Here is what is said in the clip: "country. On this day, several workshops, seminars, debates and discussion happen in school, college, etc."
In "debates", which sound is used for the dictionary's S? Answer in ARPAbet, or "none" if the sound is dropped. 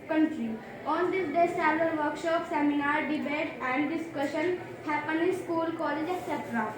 none